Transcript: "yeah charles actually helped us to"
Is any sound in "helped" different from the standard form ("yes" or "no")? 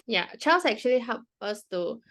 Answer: yes